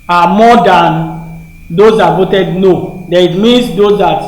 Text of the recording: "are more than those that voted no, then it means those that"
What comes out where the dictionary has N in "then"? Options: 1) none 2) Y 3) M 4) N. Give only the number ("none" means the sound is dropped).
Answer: 1